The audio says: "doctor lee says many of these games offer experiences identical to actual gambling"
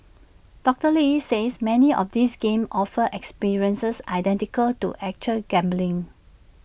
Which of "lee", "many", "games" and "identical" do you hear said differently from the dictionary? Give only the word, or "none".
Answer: games